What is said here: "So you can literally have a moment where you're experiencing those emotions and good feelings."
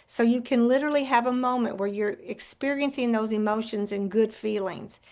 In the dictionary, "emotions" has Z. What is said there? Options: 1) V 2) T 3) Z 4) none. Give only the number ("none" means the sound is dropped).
3